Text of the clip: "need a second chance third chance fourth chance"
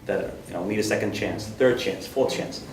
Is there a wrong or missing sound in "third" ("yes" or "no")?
no